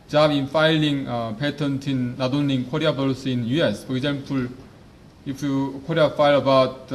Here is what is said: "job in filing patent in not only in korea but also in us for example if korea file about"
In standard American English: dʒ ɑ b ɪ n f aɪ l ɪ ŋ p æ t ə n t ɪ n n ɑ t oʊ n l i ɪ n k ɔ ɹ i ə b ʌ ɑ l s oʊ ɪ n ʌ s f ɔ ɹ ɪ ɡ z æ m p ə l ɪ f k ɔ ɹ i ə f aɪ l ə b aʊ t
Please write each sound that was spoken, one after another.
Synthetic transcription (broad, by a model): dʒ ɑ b ɪ n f aɪ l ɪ ŋ p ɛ t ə n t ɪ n n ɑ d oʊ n i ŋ k ɔ ɹ i ə b ʌ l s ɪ n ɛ s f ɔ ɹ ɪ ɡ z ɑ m p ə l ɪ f k ɔ ɹ i ə f aɪ l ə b aʊ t